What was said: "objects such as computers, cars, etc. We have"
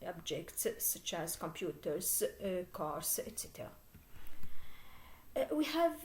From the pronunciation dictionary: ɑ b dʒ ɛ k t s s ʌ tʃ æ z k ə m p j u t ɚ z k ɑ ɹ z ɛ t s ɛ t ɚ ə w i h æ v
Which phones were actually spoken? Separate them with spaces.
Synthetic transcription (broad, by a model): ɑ b dʒ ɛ k t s s ʌ tʃ æ z k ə m p j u t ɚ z k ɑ ɹ s ɛ t s ɛ t ɚ ə w i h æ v